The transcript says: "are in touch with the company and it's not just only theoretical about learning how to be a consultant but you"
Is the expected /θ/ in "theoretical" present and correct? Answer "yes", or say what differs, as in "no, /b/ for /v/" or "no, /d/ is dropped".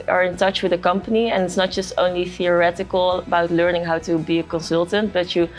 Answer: yes